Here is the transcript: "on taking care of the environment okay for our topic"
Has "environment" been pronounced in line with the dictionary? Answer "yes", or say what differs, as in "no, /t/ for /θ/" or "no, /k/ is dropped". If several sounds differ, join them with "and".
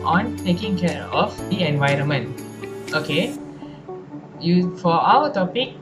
yes